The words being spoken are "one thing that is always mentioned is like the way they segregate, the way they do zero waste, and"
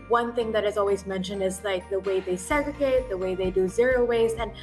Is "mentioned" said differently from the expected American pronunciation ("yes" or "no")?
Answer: no